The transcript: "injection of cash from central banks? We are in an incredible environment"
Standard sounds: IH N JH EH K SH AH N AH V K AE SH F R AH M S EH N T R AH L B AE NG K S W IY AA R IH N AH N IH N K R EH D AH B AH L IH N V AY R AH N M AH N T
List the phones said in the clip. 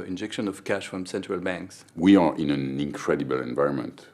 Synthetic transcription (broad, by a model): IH N JH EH K SH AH N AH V K AE SH F R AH M S EH N T R AH L B AE NG K S W IY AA R IH N AH N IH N K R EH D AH B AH L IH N V AY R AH N M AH N T